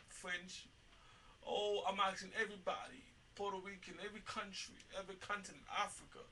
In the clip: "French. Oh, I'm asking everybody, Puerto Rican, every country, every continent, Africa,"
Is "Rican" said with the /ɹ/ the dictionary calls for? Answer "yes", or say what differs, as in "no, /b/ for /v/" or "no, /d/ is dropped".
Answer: no, /w/ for /ɹ/